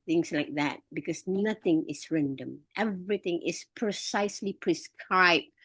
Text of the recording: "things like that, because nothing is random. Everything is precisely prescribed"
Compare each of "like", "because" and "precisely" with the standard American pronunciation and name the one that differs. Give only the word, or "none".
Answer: because